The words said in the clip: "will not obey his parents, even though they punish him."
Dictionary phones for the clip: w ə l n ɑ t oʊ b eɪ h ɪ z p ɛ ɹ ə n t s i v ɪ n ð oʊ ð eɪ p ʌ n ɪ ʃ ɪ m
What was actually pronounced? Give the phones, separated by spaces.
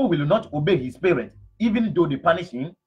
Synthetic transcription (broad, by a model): w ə l n ɑ t oʊ b eɪ h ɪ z p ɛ ɹ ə n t i v ɪ n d oʊ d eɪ p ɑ n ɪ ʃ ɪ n